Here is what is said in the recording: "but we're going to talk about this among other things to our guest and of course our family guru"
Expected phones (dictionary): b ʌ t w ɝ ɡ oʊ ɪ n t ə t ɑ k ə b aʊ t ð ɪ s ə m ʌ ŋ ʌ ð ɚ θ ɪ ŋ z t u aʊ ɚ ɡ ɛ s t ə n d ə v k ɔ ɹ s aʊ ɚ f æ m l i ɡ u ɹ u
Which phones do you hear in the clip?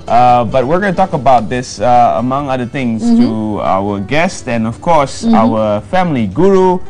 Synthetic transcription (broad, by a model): b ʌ t w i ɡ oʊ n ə t ɑ k ə b aʊ t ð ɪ s ə m ʌ ŋ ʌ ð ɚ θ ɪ ŋ s t u aʊ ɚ ɡ ɛ s t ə n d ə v k ɔ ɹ s aʊ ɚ f æ m l i ɡ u ɹ u